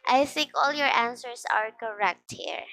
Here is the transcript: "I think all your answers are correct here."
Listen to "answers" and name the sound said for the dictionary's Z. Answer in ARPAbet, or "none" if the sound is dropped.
S